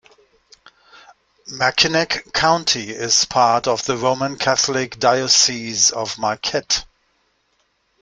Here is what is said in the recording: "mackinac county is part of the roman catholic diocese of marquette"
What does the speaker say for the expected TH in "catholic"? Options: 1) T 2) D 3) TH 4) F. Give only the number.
3